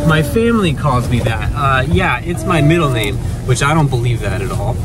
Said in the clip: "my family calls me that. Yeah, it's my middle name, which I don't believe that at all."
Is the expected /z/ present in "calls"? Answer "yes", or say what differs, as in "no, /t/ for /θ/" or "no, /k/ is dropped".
yes